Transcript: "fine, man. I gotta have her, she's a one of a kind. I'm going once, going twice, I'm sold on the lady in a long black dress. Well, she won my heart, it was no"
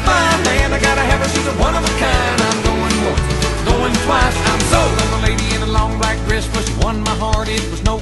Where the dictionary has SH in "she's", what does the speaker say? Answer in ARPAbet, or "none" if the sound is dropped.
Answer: S